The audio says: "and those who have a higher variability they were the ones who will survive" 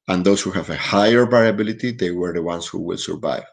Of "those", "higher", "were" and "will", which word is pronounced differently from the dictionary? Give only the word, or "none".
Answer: those